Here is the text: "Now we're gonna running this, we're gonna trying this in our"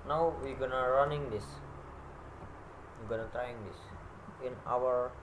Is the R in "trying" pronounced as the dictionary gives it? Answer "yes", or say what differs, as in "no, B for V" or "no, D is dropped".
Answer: no, R is dropped